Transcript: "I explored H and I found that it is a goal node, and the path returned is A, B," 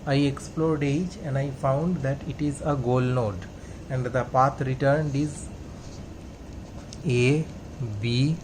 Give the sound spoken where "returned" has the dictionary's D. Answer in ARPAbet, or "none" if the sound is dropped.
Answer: D